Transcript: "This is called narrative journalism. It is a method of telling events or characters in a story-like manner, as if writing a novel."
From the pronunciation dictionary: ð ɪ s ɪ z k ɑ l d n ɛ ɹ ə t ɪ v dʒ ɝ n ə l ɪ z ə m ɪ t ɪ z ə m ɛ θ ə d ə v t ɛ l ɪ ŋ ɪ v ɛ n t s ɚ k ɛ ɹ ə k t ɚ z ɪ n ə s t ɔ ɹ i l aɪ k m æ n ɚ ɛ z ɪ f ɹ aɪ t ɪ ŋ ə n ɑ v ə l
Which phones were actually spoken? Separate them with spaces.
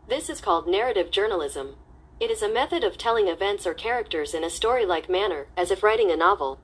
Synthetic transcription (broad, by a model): ð ɪ s ɪ z k ɑ l d n ɛ ɹ ə t ɪ v dʒ ɝ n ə l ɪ z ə m ɪ t ɪ z ə m ɛ θ ə d ə v t ɛ l ɪ ŋ ɪ v ɛ n t s ɚ k ɛ ɹ ə k t ɚ z ɪ n ə s t ɔ ɹ i l aɪ k m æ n ɚ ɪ z ɪ f ɹ aɪ t ɪ ŋ ə n ɑ v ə l